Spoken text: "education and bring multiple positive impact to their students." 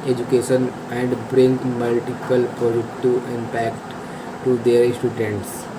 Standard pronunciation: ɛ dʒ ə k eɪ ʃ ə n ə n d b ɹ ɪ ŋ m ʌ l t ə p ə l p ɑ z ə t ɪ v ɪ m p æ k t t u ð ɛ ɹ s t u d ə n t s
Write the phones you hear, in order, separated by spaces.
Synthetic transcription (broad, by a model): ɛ dʒ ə k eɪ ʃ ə n ə n d b ɹ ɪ ŋ m ʌ l t ə p ə l p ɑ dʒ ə t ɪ ɪ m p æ k t t u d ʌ ɹ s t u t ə n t s